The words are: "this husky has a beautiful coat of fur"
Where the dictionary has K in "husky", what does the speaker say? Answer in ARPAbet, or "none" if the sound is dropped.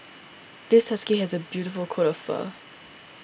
K